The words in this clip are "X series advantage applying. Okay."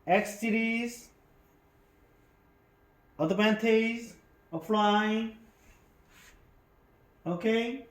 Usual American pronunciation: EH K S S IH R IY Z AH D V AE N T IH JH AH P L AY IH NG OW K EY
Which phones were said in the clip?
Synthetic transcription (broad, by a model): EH K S S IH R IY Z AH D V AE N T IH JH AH F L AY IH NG OW K EY